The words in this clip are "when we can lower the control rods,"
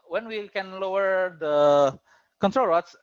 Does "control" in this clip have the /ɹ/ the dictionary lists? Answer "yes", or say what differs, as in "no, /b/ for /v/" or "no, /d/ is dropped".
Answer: yes